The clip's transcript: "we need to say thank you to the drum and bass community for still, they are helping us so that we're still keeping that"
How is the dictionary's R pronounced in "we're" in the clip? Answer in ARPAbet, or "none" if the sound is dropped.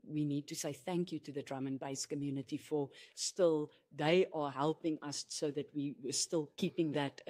W